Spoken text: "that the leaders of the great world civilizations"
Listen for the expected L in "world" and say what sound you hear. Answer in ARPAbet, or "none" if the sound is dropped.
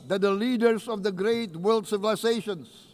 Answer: L